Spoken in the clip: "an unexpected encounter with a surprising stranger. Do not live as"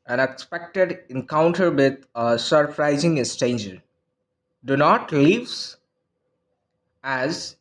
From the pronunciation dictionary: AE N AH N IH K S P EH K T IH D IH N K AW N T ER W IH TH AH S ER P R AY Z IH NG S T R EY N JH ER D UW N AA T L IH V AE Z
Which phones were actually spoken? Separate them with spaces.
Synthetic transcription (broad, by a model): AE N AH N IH K S P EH K T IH D IH N K AW N T ER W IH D AH S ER P R AY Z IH NG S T EY N JH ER D UW N AA T L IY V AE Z